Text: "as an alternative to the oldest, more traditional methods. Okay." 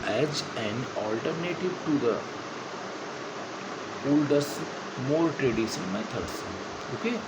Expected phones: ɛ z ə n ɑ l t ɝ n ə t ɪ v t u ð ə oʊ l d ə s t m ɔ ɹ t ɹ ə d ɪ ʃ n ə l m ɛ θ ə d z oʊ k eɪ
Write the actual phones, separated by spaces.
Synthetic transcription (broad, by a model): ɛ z ə n ɑ l t ɝ n ə t ɪ v t u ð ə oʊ l d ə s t m ɔ ɹ t ɹ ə d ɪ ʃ ə n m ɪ t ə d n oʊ k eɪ